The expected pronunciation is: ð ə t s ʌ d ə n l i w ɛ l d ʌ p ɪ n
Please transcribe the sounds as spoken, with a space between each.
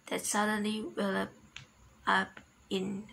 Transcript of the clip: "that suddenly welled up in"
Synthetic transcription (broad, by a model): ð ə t s ʌ d ə n l i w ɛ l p ʌ p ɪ n